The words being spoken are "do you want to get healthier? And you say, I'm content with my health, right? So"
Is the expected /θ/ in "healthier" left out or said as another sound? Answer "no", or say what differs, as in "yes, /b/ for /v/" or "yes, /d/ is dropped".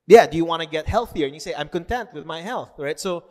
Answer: no